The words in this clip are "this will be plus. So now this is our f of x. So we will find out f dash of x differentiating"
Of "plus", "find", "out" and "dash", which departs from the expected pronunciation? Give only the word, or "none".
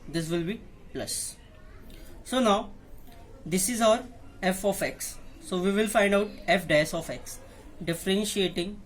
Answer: dash